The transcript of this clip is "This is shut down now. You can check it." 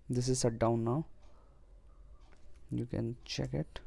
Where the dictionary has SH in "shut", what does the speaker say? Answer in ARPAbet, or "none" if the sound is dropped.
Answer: S